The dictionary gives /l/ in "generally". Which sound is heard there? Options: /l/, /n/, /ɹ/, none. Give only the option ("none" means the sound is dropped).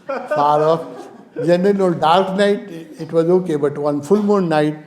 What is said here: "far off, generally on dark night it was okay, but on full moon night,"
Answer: /n/